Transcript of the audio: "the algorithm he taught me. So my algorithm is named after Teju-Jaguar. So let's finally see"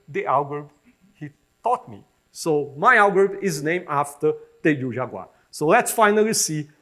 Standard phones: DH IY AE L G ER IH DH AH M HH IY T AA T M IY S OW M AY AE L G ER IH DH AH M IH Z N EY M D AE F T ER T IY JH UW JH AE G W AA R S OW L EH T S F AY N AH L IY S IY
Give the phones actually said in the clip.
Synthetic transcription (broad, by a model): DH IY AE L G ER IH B HH IY T AA T M IY S OW M AY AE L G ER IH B IH Z N EY M AE F T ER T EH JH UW ZH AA G W AA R S OW L EH T S F AY N AH L IY S IY